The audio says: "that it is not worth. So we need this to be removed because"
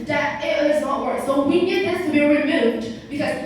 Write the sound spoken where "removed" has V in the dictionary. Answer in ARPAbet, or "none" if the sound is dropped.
none